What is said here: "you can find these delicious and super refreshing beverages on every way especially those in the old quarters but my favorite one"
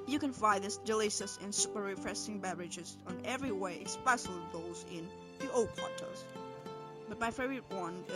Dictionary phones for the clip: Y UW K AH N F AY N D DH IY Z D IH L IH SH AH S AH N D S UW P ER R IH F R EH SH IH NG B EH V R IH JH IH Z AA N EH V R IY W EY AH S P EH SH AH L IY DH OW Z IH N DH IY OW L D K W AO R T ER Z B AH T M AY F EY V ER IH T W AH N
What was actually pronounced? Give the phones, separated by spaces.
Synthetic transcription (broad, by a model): Y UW K AH N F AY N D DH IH S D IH L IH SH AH S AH N S UW P ER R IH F R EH S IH NG B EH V R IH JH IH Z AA N EH V R IY W EY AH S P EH S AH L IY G OW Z IH N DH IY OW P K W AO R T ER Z B AH T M AY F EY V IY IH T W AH N